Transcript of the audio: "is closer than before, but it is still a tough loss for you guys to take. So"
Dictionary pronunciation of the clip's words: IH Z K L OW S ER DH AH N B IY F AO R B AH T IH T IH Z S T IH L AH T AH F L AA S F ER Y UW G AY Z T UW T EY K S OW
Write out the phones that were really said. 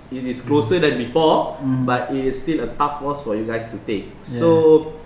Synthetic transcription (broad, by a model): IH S K L OW S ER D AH N B IY F AO B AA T IH T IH S T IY L AH T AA F W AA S F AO Y UW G AY S T UW T EY K S OW